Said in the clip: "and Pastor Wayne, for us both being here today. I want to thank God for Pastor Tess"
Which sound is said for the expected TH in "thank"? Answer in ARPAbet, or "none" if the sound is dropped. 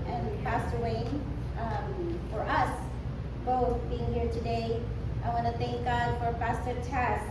TH